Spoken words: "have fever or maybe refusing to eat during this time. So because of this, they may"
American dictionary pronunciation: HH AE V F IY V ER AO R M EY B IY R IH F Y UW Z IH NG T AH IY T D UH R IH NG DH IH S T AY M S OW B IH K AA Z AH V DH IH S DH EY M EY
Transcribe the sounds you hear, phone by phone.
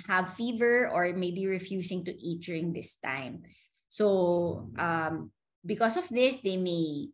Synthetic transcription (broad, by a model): HH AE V F IY V ER AO R M EY B IY R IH F Y UW S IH NG T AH IY T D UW R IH NG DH IH S T AY M S OW B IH K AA S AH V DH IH S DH EY M EY